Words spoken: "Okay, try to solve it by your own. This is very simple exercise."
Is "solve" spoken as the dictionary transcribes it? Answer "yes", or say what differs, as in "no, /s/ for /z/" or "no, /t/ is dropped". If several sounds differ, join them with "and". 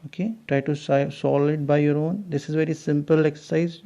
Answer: no, /v/ is dropped